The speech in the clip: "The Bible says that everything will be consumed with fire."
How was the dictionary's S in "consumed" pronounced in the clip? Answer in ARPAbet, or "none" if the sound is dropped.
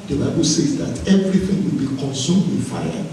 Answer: S